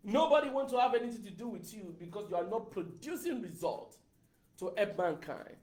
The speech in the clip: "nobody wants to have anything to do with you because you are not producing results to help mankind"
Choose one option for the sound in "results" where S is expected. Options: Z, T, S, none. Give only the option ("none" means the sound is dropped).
none